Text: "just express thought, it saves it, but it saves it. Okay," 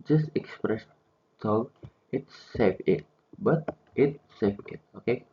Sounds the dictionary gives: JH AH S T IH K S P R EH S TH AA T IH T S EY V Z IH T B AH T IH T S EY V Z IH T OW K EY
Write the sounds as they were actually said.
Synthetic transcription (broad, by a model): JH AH S T IH K S P R EH S T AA IH T S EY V IH T B AH T IH T S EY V IH T OW K EY